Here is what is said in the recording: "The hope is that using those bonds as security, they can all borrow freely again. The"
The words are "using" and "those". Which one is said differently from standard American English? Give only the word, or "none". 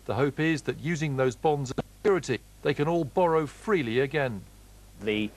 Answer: none